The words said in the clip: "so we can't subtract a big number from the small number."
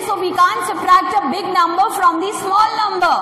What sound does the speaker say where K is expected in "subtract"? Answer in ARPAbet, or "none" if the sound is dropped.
none